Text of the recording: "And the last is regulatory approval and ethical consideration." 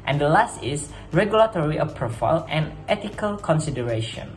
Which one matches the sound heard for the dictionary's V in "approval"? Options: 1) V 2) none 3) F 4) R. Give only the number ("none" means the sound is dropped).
3